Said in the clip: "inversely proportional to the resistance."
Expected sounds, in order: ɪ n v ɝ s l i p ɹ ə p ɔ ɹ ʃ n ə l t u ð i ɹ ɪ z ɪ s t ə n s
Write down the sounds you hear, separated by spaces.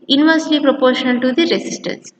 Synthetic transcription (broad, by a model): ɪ n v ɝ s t i p ɹ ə p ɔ ɹ ʃ ə n t u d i ɹ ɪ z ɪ s t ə n s